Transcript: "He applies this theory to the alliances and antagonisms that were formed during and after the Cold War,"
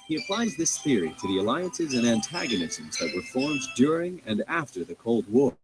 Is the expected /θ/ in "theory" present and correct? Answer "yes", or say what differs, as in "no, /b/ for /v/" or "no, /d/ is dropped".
yes